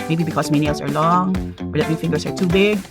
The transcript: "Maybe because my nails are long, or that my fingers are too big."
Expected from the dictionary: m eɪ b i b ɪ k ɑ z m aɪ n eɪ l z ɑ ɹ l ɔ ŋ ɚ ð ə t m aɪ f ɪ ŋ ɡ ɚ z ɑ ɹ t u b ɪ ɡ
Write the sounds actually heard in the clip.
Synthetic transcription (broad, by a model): m eɪ b i b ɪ k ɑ s m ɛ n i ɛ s ɑ ɹ l ɔ ŋ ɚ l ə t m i f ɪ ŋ ɡ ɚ s ɑ ɹ t u b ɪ ɡ